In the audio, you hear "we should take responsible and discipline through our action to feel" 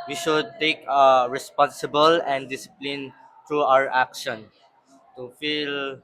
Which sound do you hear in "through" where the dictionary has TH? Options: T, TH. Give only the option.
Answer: T